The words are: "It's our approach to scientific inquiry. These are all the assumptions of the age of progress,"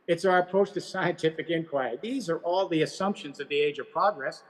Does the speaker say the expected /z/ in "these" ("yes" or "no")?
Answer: yes